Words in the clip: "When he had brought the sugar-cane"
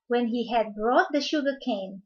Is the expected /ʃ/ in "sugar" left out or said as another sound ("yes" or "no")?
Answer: no